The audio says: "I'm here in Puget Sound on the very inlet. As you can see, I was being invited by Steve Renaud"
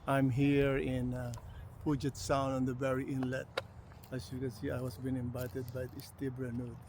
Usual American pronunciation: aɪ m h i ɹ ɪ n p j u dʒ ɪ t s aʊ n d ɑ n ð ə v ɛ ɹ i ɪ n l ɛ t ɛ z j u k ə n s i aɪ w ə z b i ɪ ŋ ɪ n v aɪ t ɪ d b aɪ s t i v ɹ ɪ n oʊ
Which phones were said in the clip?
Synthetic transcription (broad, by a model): aɪ m h i ɹ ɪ n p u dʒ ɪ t s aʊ n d ɑ n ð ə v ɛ ɹ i ɪ n l ɛ t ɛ s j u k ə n s i aɪ w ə s b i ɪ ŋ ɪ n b aɪ t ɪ d b aɪ s t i b ɹ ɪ n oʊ